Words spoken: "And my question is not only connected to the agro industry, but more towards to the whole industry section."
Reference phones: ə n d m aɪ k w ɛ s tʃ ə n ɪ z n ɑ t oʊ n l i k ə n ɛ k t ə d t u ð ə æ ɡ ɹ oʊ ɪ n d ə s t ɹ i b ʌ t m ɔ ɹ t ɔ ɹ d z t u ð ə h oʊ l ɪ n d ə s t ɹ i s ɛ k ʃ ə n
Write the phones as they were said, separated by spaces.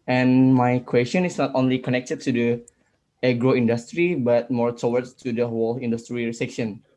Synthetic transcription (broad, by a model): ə n m aɪ k w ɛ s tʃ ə n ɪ s n ɑ t oʊ n l i k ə n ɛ k t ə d t u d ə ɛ ɡ ɹ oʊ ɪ n d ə s t ɹ i b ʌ t m ɔ ɹ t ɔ w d t u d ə h oʊ l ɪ n d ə s t ɹ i s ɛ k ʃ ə n